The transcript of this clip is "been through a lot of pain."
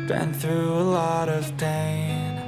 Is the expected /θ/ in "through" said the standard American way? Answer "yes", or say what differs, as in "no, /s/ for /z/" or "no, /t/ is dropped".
yes